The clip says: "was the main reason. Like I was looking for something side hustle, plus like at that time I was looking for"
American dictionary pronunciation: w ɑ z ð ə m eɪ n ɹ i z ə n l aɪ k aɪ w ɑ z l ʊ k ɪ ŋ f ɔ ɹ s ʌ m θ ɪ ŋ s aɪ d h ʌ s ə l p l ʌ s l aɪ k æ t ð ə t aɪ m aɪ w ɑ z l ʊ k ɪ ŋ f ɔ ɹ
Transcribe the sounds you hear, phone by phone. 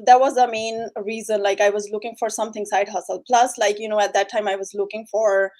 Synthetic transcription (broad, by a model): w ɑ z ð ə m eɪ n ɹ i z ə n l aɪ k aɪ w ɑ z l ʊ k ɪ ŋ f ɔ ɹ s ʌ m t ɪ ŋ s aɪ d h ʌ s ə l p l ʌ s l aɪ k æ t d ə t aɪ m aɪ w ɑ z l ʊ k ɪ ŋ f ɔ ɹ